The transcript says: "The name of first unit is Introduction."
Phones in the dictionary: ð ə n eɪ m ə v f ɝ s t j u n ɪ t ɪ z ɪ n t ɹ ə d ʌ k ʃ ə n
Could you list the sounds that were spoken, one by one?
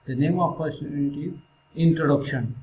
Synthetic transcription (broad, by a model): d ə n eɪ m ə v p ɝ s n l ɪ t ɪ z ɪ n t ɹ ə d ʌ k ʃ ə n